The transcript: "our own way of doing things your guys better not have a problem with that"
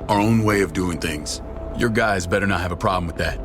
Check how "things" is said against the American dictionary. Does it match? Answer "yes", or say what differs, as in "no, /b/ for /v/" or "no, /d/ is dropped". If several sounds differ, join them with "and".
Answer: yes